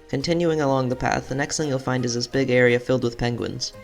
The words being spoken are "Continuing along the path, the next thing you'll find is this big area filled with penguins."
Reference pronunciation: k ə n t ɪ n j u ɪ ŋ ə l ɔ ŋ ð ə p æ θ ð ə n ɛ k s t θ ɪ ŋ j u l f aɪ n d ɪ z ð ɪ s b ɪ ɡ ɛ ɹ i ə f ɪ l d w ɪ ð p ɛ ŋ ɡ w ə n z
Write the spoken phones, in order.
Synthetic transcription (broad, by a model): k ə n t ɪ n j u ɪ ŋ ə l ɔ ŋ ð ə p æ θ ð ə n ɛ k s t θ ɪ ŋ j l f aɪ n d ɪ z ð ɪ s b ɪ ɡ ɛ ɹ i ə f ɪ l d w ɪ ð p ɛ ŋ ɡ w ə n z